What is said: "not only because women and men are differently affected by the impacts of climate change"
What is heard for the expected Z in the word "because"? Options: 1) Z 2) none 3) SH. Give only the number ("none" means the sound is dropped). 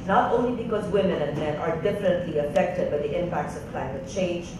1